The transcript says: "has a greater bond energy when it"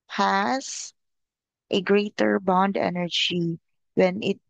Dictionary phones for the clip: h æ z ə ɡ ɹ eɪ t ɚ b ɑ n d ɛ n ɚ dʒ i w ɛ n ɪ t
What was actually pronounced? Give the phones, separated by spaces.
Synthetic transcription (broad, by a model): h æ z ə ɡ ɹ eɪ t ɚ b ɑ n d ɛ n ɚ dʒ i w ɛ n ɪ t